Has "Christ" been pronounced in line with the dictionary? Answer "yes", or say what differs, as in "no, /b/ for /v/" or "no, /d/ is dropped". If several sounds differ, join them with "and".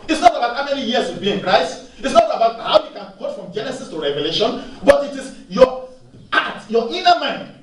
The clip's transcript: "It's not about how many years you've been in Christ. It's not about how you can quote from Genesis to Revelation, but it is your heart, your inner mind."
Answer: no, /t/ is dropped